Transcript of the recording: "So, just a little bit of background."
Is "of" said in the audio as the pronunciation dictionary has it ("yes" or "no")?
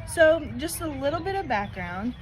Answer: yes